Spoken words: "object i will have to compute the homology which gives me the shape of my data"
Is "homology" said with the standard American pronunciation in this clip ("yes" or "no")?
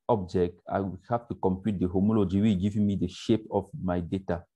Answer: yes